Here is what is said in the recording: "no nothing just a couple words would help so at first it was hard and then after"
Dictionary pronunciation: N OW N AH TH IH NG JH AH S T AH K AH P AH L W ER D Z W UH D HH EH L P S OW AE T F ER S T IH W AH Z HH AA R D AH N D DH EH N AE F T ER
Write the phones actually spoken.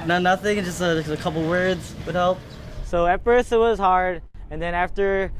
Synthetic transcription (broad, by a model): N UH N AH TH IH NG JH AH S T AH K AH P L W ER D Z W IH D HH EH L P S OW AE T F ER S IH W AH Z HH AA R D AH N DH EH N AE F T ER